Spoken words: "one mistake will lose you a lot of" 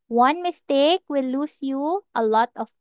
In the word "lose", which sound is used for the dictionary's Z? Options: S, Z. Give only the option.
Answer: S